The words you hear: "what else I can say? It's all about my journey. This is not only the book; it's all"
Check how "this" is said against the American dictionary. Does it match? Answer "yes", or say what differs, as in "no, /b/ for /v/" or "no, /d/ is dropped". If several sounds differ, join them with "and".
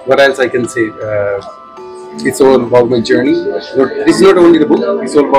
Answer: no, /s/ is dropped